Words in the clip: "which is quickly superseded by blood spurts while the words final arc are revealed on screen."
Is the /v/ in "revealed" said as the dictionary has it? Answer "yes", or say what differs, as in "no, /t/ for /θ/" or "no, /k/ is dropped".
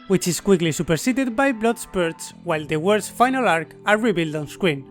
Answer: no, /b/ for /v/